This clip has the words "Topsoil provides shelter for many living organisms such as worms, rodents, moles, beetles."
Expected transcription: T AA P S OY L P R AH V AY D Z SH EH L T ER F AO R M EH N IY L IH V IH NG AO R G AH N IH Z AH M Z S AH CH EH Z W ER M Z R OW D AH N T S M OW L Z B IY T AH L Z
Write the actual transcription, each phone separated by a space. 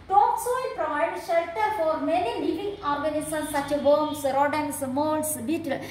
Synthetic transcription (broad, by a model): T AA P S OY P R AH IH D SH EH L T ER F AO R M EH N IY L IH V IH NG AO R G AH N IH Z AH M S AH CH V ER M S R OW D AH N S M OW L S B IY T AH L